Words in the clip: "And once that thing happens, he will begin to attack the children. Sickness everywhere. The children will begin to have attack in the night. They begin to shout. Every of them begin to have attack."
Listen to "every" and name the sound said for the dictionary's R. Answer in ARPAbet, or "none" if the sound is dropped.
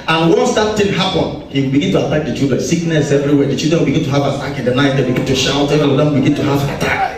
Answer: none